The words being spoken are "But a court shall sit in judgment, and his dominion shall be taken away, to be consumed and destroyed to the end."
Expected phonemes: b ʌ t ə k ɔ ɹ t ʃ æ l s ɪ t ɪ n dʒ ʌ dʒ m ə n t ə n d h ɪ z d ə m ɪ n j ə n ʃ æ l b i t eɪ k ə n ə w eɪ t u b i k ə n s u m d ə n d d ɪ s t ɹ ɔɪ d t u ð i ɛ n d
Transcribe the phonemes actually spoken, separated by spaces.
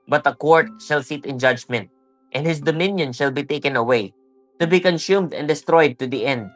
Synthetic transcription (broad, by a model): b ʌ t ə k ɔ ɹ t ʃ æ l s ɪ t ɪ n dʒ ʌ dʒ m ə n t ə n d h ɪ s d ə m ɪ n j ə n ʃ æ l b i t eɪ k ə n ə w eɪ t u b i k ə n s u m d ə n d d ɪ s t ɹ ɔɪ d t u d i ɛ n d